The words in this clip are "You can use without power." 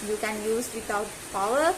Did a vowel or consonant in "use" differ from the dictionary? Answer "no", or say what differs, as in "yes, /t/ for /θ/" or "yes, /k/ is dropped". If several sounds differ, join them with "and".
no